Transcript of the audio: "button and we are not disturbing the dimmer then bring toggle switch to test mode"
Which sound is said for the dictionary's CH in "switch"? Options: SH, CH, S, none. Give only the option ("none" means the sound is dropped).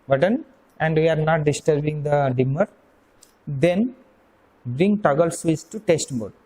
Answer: S